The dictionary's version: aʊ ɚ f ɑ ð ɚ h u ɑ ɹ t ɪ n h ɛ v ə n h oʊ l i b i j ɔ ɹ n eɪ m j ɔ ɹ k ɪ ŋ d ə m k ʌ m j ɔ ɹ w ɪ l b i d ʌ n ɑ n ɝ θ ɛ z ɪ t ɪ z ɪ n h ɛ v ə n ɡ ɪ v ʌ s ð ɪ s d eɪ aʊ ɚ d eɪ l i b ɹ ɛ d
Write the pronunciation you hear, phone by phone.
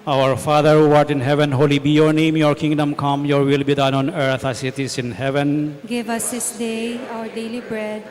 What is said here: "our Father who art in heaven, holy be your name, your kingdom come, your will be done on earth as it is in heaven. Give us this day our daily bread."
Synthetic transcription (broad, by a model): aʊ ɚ f ɑ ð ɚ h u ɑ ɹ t ɪ n h ɛ v ə n h oʊ l i b i j ɔ ɹ n eɪ m j ɔ ɹ k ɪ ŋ d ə m k ʌ m j ɔ ɹ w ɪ l b i d ʌ n ɑ n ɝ t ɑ s ɪ t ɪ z ɪ n h ɛ v ə n ɡ ɪ v ʌ s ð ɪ s d eɪ aʊ ɚ d eɪ l i b ɹ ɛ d